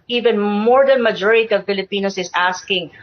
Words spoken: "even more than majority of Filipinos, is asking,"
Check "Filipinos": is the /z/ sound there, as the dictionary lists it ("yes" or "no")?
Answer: no